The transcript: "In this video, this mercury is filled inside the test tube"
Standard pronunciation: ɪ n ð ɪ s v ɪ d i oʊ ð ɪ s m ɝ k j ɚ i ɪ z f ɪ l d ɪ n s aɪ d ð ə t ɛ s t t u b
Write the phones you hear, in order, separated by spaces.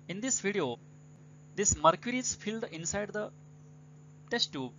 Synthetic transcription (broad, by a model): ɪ n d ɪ s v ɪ d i oʊ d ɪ s m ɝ k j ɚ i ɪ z f ɪ l d ɪ n s aɪ d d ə t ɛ s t t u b